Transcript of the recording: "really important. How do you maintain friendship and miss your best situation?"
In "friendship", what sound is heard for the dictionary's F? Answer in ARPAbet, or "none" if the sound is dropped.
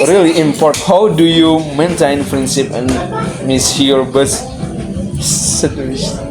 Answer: P